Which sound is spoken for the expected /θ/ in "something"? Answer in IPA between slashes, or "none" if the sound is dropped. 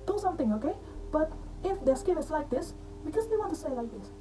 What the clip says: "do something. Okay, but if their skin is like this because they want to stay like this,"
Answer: /t/